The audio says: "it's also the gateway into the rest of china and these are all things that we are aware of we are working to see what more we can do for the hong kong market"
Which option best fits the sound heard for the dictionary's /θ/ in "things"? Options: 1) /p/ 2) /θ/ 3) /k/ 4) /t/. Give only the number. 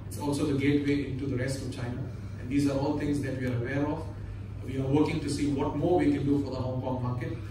4